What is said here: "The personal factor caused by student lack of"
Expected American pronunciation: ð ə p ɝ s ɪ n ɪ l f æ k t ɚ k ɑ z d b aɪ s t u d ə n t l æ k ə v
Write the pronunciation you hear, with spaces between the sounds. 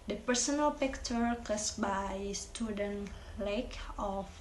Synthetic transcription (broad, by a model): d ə p ɝ s ɪ n ɪ l p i k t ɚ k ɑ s b aɪ s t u d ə n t l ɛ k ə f